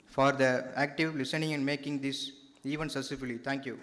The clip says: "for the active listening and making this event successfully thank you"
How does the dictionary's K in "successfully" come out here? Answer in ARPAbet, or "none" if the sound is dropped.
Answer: none